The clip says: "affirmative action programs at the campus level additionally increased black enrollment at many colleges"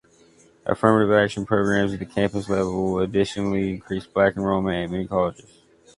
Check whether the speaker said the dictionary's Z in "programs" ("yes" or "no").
yes